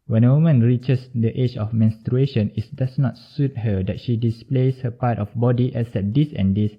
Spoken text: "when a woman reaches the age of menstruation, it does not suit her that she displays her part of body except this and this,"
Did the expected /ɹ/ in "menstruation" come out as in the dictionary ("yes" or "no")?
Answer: yes